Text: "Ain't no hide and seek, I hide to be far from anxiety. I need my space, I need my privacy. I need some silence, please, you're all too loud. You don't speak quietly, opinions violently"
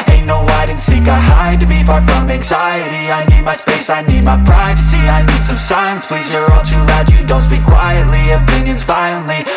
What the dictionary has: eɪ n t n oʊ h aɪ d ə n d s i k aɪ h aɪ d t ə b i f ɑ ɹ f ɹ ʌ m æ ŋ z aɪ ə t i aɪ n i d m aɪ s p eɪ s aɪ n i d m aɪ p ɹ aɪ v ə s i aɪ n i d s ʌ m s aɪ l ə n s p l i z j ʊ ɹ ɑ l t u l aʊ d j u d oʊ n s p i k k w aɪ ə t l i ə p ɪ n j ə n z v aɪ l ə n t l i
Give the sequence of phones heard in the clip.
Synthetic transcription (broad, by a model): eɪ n n oʊ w aɪ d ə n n s i k aɪ h aɪ d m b i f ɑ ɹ f ɹ ʌ m æ ŋ z aɪ ə t i aɪ n i d m aɪ s p eɪ s aɪ n i d m aɪ p ɹ aɪ v ə s i aɪ n i d s ʌ m s aɪ ə n s p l i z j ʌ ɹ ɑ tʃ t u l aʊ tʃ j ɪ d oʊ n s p i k k w aɪ ə t l i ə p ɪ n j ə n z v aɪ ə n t l i